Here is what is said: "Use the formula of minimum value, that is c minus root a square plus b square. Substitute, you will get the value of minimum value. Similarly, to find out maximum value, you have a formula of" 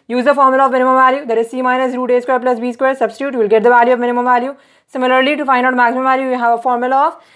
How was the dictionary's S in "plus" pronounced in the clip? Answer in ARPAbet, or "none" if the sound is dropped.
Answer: S